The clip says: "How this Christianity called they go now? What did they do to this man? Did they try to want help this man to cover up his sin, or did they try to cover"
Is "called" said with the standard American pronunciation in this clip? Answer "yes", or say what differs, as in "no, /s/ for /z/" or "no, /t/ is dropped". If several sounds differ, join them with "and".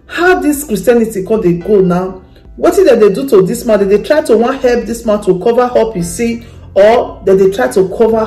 no, /l/ is dropped